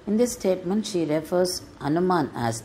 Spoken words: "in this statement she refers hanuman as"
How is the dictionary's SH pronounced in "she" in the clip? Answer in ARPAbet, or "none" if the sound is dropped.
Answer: SH